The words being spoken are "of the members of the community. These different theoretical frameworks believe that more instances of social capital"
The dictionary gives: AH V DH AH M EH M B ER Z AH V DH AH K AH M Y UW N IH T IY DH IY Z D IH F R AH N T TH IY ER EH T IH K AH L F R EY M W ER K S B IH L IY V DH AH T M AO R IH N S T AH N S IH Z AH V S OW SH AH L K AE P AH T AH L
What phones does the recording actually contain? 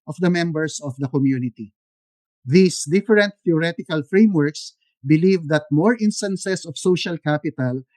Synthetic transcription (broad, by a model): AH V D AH M EH M B ER S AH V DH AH K AH M Y UW N IH T IY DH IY S D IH F R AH N T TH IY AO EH T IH K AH L F R EY M W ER K S B IH L IY V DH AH T M AO R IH N S T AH N S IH S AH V S OW SH AH L K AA P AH T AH L